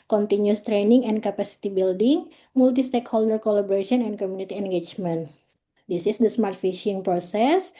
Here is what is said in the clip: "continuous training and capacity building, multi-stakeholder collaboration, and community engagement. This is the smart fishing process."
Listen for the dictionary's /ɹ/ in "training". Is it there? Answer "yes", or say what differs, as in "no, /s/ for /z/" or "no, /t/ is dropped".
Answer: yes